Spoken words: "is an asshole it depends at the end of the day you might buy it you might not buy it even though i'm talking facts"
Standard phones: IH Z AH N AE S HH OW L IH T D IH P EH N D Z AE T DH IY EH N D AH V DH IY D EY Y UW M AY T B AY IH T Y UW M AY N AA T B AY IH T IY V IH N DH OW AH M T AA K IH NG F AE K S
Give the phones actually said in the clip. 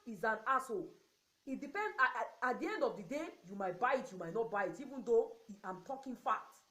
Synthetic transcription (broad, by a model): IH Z AH N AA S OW IH T D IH P EH N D AA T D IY EH N D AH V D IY D EY Y UW M AY T B AY IH T Y UW M AY N AA T B AY IH T IY V IH N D OW AH M T AA K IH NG F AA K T